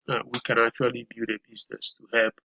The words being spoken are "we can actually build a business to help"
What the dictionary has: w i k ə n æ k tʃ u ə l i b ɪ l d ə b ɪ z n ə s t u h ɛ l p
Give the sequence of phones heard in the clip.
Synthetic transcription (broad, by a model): w i k ə n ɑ k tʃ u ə l i b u d ə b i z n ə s t u h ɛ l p